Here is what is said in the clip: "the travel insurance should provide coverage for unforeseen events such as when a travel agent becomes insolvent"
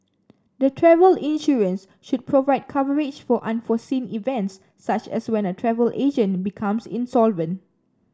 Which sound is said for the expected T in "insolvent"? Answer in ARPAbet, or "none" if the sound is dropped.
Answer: T